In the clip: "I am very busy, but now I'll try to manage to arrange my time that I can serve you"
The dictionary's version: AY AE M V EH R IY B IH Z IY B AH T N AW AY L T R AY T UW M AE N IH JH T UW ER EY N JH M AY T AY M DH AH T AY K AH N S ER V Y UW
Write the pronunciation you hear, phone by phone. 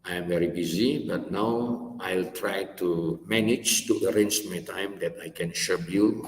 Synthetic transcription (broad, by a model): AY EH M V EH R IY B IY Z IY B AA T N AW AY L T R AY T UW M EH N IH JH T UW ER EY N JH M AY T AY M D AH T AY K AH N SH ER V Y UW